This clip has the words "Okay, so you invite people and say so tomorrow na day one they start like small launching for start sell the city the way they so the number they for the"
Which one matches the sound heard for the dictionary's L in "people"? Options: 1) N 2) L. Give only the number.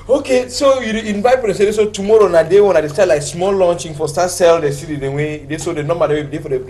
1